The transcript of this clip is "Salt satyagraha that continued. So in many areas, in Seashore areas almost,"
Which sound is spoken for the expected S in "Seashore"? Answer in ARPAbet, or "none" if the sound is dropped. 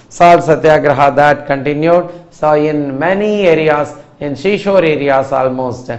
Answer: SH